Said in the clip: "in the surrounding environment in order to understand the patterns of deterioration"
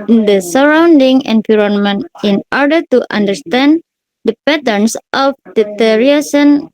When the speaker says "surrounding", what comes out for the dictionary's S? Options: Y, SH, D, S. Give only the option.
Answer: S